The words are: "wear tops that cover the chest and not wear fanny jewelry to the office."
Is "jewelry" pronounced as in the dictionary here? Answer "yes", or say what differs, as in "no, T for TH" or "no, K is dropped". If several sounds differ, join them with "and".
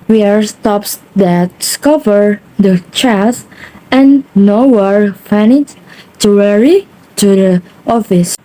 no, W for L